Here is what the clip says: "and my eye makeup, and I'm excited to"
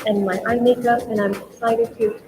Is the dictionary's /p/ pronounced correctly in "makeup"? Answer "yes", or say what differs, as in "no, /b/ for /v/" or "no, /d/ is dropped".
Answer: no, /p/ is dropped